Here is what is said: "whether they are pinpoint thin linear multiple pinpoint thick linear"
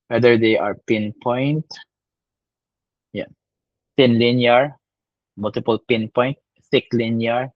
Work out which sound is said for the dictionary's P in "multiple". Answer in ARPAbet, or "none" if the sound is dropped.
P